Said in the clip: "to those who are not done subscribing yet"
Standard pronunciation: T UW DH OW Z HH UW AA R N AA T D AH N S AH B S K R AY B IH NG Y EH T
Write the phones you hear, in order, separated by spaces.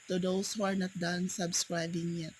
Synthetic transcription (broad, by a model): T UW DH OW S HH UW AA R N AA T D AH N S AH B S K R AY B IH NG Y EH T